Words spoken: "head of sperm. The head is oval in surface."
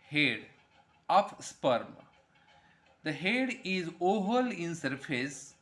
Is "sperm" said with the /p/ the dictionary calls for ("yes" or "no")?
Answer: yes